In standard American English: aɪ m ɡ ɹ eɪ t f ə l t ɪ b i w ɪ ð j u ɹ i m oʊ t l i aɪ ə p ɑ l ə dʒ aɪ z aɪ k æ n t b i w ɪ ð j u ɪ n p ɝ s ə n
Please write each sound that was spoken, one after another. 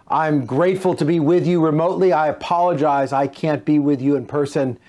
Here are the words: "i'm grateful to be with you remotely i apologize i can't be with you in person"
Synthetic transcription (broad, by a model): aɪ m ɡ ɹ eɪ t f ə l t ɪ b i w ɪ ð j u ɹ i m oʊ t l i aɪ ə p ɑ l ə dʒ aɪ z aɪ k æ n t b i w ɪ ð j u ɪ n p ɝ s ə n